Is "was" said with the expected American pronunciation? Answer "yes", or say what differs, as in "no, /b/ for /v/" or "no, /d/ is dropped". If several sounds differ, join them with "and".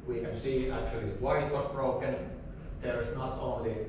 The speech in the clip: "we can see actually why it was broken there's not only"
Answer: no, /s/ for /z/